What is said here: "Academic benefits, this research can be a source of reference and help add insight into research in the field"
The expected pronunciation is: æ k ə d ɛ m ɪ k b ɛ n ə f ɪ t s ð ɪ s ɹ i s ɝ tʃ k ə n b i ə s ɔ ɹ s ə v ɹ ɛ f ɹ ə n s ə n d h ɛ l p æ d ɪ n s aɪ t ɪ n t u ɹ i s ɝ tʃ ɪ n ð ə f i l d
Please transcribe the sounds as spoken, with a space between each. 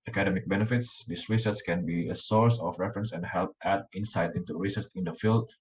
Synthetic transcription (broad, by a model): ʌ k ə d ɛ m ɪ k b ɛ n ə f ɪ t s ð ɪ s ɹ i s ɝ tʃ k ə n b i ə s ɔ ɹ s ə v ɹ ɛ f ɹ ə n s ə n d h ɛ l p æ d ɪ n s aɪ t ɪ n t u ɹ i s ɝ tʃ ɪ n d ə f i l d